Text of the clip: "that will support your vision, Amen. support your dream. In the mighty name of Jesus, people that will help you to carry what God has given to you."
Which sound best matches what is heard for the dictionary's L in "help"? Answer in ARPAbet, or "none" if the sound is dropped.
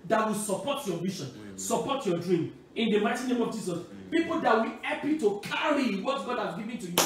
none